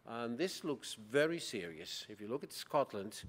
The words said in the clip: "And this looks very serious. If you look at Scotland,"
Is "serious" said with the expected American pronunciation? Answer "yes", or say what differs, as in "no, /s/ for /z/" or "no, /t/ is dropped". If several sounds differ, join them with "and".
yes